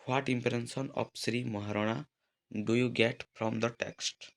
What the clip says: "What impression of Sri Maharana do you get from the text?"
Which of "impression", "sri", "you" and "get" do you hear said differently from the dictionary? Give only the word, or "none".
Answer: impression